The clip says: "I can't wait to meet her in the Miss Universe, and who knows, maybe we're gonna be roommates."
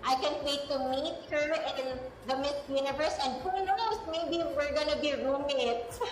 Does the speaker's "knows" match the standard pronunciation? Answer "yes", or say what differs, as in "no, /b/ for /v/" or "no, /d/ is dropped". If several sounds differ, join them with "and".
no, /s/ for /z/